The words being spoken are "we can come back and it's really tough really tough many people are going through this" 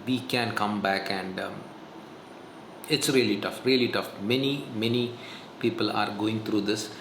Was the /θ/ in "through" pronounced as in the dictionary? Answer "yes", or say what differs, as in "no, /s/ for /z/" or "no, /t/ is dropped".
no, /t/ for /θ/